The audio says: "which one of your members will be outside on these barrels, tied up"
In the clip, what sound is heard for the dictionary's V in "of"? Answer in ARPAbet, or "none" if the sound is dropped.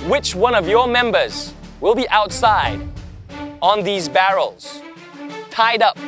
V